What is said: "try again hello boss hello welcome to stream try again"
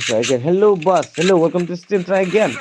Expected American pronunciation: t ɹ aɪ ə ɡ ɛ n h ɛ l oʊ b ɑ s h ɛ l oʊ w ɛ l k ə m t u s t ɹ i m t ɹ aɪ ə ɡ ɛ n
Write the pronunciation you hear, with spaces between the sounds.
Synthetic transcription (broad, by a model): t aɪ ə ɡ ɛ n h ɛ l oʊ b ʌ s h ɛ l oʊ w ɛ l k ə m t u s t i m t ɹ aɪ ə ɡ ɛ n